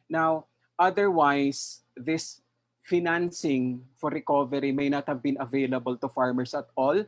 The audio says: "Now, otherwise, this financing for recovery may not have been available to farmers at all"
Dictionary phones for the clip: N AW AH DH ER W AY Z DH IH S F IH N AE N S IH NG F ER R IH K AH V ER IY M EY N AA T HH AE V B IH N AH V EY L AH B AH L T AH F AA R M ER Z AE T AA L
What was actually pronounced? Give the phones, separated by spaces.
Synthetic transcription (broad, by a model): N AW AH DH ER W AY S DH IH S F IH N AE N S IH NG F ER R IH K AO V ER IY M EY N AA T HH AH V B IH N AH V EY L AH B AH L T AH F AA R M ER S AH T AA L